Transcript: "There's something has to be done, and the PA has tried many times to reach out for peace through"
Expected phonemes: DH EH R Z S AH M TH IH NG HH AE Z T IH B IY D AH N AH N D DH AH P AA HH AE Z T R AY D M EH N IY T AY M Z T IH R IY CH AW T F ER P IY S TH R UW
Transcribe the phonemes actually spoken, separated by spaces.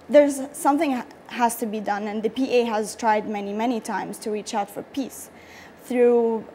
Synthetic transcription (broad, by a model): DH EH R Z S AH M TH IH NG HH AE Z T IH B IY D AH N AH N DH AH P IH HH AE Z T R AY D M EH N IY T AY M Z T IH R IY CH AW T F ER P IY S TH R UW